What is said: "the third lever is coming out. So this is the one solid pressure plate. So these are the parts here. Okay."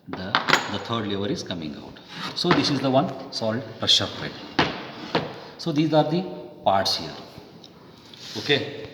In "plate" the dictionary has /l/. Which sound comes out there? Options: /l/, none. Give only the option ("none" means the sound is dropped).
none